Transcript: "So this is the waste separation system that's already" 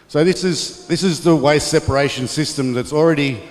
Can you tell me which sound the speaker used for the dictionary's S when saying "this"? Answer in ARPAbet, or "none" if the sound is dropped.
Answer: S